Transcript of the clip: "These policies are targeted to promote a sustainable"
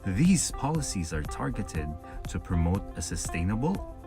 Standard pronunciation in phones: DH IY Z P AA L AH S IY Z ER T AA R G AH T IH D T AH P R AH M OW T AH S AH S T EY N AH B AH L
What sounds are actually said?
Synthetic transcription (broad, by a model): DH IY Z P AA L AH S IY Z ER T AA R G AH T IH D T AH P R AH M OW T AH S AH S T EY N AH B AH L